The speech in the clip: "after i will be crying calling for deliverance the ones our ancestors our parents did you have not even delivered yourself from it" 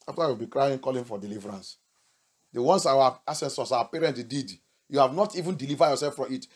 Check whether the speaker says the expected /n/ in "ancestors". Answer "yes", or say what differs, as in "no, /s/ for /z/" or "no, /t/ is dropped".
no, /n/ is dropped